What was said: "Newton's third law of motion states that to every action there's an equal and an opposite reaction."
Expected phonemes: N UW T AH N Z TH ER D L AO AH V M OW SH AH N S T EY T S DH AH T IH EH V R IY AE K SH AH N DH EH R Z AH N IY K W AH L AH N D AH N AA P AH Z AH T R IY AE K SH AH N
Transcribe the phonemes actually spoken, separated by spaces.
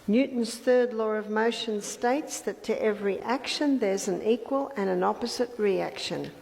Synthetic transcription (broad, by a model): N UW T N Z TH ER D L AO AH V M OW SH AH N S T EY T S DH AH T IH EH V R IY AE K SH AH N DH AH R Z AH N IY K W AH L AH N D AH N AA P AH Z AH T R IY AE K SH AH N